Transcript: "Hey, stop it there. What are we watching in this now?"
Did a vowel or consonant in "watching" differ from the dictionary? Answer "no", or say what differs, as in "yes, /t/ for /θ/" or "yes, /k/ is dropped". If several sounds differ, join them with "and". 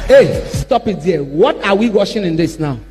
yes, /ʃ/ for /tʃ/